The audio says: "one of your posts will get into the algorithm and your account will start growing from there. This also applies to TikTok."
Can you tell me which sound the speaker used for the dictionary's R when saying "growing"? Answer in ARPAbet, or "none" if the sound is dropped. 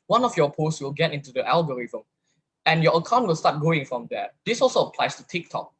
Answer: none